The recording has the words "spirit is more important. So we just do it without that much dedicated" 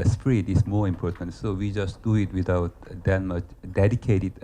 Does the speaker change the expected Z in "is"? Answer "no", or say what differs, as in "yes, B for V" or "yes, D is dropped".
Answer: yes, S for Z